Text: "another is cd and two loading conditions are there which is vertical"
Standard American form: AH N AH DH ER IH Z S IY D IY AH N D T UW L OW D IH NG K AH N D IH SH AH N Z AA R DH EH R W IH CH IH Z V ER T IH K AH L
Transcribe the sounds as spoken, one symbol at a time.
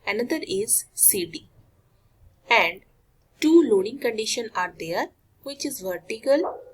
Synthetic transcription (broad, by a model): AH N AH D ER IH Z S IY D IY AH N D T UW L OW D IH NG K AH N D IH SH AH N AA R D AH R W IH CH IH Z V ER T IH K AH L